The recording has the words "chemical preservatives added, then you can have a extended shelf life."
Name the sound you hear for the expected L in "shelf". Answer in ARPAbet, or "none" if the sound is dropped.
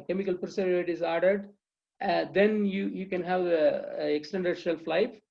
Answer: L